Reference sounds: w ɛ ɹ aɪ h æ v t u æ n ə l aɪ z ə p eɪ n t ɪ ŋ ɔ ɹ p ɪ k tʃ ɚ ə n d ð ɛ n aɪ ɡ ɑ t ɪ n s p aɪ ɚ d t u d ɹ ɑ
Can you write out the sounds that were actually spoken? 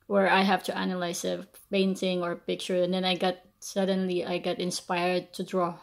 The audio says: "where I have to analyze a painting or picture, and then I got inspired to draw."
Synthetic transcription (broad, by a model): w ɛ ɹ aɪ h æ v t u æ n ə l aɪ s ə p eɪ n t ɪ ŋ ɔ ɹ p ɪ k tʃ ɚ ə n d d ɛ n aɪ ɡ ɑ t ɪ n s p aɪ ɚ d t u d ɹ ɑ